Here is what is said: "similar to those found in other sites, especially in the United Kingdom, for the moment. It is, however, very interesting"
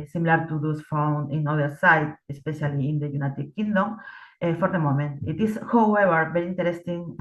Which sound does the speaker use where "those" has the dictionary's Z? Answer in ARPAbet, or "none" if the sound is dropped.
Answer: S